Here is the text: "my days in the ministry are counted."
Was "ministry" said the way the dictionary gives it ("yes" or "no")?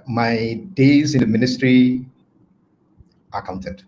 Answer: yes